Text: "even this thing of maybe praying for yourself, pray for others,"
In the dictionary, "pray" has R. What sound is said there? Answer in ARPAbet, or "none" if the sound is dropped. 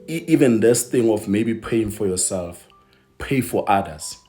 none